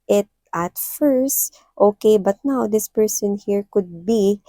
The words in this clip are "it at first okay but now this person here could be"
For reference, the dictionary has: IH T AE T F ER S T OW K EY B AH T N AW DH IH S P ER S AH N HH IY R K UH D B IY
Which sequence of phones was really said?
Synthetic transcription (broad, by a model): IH T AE T F ER S T OW K EY B AH T N AW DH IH S P ER S AH N HH IY R K UH D B IY